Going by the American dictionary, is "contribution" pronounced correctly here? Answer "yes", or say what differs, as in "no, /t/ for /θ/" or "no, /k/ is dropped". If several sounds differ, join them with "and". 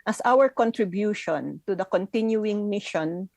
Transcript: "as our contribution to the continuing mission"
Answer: yes